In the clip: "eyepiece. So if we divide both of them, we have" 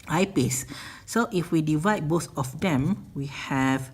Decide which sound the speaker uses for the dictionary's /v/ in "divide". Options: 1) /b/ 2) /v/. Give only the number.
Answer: 2